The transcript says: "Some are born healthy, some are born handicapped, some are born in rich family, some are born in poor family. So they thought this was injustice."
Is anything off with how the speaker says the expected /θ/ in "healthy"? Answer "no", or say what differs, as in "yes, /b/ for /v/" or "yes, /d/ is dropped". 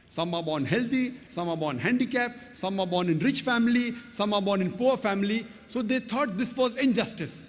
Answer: yes, /t/ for /θ/